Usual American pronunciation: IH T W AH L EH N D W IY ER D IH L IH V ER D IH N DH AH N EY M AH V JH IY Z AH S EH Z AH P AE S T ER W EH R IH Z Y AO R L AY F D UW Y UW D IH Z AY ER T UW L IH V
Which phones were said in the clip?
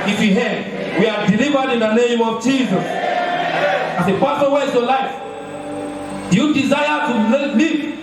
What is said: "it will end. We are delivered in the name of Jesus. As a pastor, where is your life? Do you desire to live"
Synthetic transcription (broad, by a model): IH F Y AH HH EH D W IY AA D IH L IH V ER D IH N DH AH N EY M AH V JH IY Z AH S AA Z AH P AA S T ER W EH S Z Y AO L AY F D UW Y UW D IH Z AY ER T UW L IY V